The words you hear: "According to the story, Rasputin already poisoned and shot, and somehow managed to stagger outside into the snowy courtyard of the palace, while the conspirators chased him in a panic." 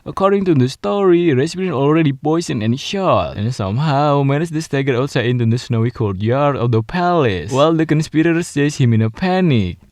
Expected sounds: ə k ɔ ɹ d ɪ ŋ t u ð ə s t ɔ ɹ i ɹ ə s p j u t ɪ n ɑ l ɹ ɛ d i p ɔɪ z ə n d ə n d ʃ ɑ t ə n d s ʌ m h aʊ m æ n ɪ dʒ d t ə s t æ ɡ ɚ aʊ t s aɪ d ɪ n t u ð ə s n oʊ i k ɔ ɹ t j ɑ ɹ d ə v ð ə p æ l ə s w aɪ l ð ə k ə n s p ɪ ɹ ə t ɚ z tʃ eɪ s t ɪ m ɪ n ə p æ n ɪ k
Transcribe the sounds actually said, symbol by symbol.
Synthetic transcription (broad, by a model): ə k ɔ ɹ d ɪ ŋ t u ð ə s t ɔ ɹ i ɹ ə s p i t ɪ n ɑ l ɹ ɛ d i p ɔɪ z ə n ə n ʃ ɑ t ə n s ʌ m h aʊ m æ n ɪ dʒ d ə s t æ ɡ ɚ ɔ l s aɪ ɪ n t u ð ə s n oʊ i k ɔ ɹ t j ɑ ɹ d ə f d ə p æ l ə s w aɪ l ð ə k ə n s p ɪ ɹ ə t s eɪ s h ɪ m ɪ n ə p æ n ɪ k